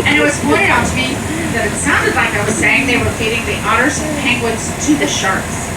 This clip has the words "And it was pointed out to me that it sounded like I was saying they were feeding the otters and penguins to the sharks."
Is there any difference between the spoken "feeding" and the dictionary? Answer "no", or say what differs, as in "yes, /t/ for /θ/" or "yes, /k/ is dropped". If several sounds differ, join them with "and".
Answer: yes, /p/ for /f/